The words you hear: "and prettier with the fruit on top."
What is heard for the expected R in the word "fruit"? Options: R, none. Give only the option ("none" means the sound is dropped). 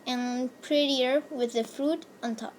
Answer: R